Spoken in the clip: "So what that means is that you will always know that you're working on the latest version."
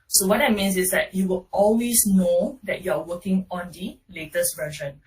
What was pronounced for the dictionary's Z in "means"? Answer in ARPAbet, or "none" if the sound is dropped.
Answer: S